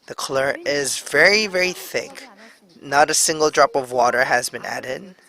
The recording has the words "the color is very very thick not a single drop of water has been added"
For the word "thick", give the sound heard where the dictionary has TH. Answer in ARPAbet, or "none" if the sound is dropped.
TH